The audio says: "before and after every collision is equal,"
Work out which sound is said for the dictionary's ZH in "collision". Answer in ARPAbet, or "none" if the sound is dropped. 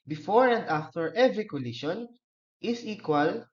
SH